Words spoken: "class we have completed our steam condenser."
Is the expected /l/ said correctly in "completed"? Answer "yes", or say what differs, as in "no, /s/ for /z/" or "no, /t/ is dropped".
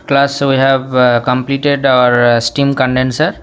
yes